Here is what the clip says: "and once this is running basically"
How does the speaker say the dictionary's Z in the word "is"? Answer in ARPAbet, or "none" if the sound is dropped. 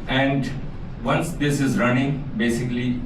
Z